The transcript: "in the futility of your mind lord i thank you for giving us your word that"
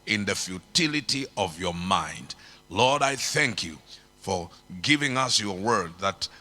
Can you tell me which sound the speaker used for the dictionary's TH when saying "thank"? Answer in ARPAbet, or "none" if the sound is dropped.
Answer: TH